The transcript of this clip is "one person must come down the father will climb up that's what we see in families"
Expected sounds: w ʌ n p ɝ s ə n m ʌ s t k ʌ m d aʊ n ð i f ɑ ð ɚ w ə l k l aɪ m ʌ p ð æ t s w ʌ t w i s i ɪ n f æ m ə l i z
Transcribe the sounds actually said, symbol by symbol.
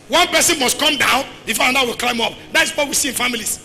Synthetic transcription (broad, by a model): w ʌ n p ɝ s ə n m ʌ s t k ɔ m d aʊ n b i f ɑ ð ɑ w ə l k l aɪ m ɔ p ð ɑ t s w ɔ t w i s i ɪ n f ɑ m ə l i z